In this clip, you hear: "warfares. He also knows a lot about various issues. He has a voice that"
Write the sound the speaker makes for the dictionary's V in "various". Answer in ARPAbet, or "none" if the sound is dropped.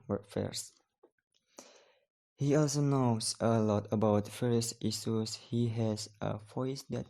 F